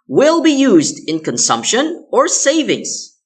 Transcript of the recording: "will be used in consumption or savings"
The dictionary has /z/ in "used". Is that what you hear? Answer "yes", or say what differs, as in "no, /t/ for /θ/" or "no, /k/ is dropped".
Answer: yes